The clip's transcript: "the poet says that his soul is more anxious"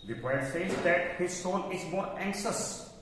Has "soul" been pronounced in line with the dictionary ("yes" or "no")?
no